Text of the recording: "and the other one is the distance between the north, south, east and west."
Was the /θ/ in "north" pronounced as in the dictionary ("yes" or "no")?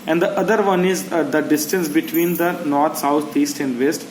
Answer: no